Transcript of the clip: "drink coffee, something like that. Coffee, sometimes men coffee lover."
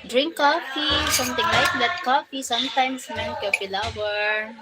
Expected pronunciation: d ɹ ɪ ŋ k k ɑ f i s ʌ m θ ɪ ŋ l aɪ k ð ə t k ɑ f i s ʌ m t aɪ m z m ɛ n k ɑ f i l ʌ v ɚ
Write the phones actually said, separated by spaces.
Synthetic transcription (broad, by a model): d ɹ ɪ ŋ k k ɑ f i s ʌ m t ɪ ŋ l aɪ k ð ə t k ɑ f i s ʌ m t aɪ m s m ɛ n k ɑ f i l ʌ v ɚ